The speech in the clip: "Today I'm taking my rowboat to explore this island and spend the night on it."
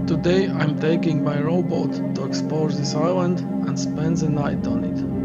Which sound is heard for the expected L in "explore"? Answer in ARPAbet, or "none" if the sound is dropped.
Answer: none